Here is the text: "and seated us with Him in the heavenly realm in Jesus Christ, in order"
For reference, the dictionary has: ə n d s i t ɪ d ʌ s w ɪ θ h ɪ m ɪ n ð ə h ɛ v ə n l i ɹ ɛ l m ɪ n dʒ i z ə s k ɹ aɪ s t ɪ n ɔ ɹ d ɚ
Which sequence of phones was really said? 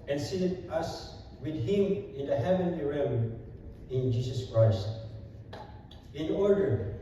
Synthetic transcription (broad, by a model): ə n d s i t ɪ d ʌ s w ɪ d h ɪ m ɪ n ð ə h ɛ v ə n l i ɹ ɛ m ɪ n dʒ i s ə s k ɹ aɪ s t ɪ n ɔ ɹ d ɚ